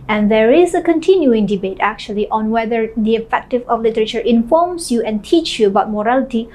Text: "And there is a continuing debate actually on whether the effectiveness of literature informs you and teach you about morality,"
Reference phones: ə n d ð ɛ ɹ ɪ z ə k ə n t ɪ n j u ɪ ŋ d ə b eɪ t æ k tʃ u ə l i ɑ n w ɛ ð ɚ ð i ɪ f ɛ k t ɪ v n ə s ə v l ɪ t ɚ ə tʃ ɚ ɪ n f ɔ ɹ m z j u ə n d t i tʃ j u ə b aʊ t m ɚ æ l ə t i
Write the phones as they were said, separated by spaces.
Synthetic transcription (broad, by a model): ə n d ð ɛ ɹ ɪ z ə k ə n t ɪ n j u ɪ ŋ d ə b eɪ t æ k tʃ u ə l i ɑ n w ɛ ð ɚ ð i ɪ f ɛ k t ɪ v ə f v l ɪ t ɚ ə tʃ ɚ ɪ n f ɔ ɹ m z j u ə n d t i tʃ j u ə b aʊ t m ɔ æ l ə t i